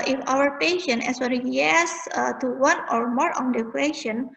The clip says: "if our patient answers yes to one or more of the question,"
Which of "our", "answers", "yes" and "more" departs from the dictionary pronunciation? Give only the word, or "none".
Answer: answers